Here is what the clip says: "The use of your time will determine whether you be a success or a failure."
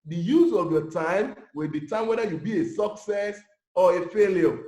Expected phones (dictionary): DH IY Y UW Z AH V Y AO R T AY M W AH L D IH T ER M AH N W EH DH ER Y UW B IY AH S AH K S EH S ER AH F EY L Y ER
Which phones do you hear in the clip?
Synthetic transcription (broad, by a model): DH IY Y UW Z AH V Y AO T AY M W AH L D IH T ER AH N W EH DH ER Y UW B IY AH S AH K S EH S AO AH F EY L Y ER